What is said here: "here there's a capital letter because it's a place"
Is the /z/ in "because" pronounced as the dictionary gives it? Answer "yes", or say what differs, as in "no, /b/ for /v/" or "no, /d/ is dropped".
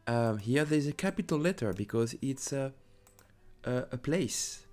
yes